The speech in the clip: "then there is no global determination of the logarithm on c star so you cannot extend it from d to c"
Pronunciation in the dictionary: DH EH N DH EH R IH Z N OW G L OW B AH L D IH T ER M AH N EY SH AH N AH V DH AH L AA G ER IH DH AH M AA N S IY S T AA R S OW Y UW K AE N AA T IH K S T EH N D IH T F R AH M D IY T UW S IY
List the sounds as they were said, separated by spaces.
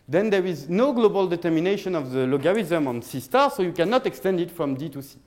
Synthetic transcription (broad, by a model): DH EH N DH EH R IH Z N OW G L OW B AH L D IH T ER M AH N EY SH AH N AH V DH AH L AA G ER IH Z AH M AA N S IY S T AA R S OW Y UW K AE N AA T IH K S T EH N D IH T F R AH M D IY T UW S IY